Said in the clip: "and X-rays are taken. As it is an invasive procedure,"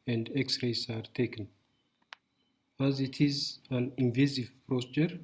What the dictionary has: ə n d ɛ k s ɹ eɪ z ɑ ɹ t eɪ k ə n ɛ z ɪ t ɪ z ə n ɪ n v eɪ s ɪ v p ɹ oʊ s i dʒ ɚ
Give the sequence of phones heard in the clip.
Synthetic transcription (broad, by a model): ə n d ɛ k s ɹ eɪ s ɑ ɹ t eɪ k ə n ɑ z ɪ t ɪ z ə n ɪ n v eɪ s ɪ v p ɹ oʊ s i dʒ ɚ